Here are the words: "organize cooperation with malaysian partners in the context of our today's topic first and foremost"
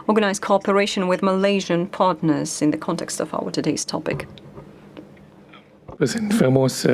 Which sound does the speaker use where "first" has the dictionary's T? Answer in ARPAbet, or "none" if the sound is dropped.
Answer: none